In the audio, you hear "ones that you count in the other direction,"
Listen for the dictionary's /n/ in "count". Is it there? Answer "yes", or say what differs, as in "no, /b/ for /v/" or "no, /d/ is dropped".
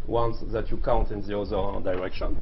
yes